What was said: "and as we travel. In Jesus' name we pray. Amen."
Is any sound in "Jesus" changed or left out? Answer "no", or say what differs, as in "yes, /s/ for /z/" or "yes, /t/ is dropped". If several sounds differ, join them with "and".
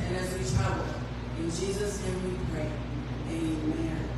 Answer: no